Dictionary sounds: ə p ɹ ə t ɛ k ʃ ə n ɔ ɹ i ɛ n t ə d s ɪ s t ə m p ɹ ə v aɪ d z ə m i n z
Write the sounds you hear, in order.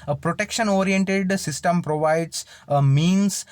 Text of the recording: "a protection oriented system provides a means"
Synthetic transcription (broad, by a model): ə p ɹ ə t ɛ k ʃ ə n ɔ ɹ i ɛ n t ə d s ɪ s t ə m p ɹ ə v aɪ d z ə m i n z